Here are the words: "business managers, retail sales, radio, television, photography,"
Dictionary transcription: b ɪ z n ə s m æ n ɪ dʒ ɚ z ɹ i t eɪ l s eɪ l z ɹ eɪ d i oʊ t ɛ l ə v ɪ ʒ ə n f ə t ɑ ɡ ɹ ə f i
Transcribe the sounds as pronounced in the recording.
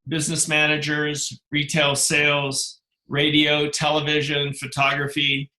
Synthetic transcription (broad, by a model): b ɪ z n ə s m æ n ɪ dʒ ɚ z ɹ i t eɪ l s eɪ l z ɹ eɪ d i oʊ t ɛ l ə v ɪ ʒ ə n f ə t ɑ ɡ ɹ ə f i